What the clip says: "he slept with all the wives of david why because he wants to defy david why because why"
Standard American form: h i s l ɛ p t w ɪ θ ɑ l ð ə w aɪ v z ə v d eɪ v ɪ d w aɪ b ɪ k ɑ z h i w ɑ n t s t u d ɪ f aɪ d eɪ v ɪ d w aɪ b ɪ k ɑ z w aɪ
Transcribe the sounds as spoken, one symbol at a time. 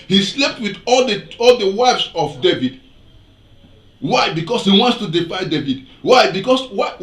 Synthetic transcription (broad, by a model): h i s l ɛ p t w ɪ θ ɑ l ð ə w aɪ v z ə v d eɪ v ɪ d w aɪ b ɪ k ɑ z h i w ɑ n t s t u d ɪ f aɪ d eɪ v ɪ d w aɪ b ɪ k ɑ s w aɪ